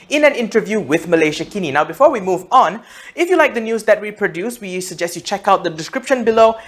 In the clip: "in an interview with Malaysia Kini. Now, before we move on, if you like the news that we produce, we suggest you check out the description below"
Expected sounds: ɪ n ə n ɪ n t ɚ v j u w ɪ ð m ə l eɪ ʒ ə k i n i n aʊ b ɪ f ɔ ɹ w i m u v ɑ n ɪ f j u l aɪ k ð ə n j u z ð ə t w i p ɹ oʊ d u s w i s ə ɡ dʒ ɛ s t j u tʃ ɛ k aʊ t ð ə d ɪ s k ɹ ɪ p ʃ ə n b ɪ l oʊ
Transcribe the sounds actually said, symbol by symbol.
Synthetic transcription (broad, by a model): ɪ n ə n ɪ n t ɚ v j u w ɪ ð m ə l eɪ ʃ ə k i n i n aʊ b ɪ f ɔ ɹ w i m u v ɑ n ɪ f j u l aɪ k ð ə n j u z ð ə t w i p ɹ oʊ d u s w i s ə ɡ dʒ ɛ s t j u tʃ ɛ k aʊ t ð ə d ɪ s k ɹ ɪ p ʃ ə n b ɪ l oʊ